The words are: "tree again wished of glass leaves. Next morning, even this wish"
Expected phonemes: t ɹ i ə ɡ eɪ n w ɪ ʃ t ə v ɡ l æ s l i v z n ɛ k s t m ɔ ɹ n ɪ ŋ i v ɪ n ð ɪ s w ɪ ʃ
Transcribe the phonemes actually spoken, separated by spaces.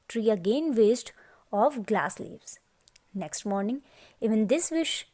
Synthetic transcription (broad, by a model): t ɹ i ə ɡ eɪ n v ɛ s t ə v ɡ l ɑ s l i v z n ɛ k s t m ɔ ɹ n ɪ ŋ i v ɪ n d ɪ s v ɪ ʃ